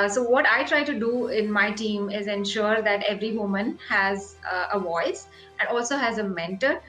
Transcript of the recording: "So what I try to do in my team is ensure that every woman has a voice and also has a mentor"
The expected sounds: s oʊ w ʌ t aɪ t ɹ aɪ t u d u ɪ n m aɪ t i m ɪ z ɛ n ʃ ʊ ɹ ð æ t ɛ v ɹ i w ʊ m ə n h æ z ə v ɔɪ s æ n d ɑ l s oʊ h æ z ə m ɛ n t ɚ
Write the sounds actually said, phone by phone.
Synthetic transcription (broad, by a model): s oʊ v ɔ t aɪ t ɹ aɪ t u d u ɪ n m aɪ t i m ɪ z ɛ n ʃ ʊ ɹ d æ t ɛ v ɹ i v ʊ m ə n h æ z ə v ɔɪ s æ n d ɑ l s oʊ h æ z ə m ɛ n t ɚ